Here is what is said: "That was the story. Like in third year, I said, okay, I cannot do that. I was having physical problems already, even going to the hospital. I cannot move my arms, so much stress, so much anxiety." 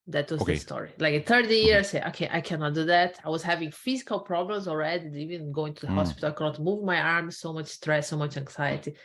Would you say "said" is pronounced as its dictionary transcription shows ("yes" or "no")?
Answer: no